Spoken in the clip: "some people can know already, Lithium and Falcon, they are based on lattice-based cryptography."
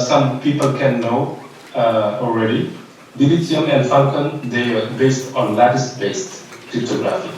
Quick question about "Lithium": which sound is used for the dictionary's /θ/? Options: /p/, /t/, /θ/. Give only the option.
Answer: /t/